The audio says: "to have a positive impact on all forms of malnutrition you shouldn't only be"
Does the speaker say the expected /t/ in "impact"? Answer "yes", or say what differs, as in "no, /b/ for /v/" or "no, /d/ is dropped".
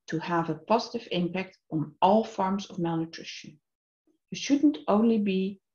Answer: yes